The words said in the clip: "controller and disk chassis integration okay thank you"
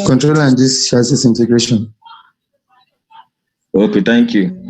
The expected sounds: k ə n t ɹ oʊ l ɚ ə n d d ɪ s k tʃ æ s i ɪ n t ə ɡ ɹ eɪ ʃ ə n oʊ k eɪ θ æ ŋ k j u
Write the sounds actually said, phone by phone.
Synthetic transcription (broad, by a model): k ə n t ɹ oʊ l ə n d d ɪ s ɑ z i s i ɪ n t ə ɡ ɹ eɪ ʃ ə n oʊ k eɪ t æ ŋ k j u